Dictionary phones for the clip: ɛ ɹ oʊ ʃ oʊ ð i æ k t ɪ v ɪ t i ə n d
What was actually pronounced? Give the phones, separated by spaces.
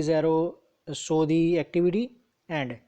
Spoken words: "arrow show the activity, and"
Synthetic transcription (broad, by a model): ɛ ɹ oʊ s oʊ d i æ k t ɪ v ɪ t i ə n d